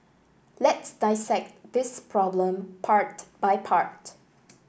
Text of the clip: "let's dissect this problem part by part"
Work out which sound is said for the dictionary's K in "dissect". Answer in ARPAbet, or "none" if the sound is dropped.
K